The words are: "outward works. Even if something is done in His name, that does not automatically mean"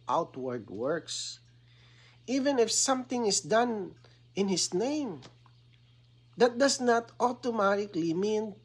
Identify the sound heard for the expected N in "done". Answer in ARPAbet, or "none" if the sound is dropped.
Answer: N